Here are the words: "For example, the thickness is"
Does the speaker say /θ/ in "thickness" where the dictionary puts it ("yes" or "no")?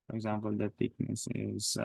no